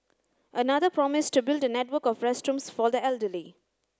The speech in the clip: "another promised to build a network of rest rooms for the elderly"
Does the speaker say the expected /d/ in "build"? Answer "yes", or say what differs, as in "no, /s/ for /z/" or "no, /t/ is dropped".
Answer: yes